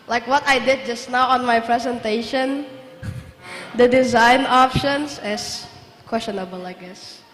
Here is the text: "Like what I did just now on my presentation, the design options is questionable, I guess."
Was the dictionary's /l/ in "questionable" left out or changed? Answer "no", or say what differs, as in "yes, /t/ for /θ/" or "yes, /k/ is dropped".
no